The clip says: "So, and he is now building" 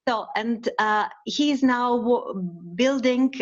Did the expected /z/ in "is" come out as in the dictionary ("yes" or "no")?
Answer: yes